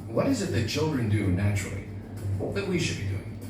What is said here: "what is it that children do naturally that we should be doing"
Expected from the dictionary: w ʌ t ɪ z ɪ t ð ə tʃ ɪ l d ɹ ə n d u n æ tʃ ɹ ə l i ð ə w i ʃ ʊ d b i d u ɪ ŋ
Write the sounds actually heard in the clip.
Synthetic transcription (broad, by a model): w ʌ t ɪ z ɪ t ð ə tʃ ɪ l d ɹ ə n d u n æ tʃ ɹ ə w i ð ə w i ʃ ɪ d b i d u ɪ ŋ